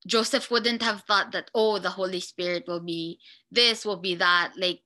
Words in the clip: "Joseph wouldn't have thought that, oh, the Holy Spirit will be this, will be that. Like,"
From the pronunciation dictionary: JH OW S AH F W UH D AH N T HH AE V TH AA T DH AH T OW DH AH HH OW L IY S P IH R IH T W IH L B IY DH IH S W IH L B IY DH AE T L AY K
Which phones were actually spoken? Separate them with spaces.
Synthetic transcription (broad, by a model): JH OW S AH F W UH D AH N T HH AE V TH AA T DH AH T OW DH AH HH OW L IY S P IH R IH T W IH L B IY DH IH S W IH L B IY DH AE T L AY K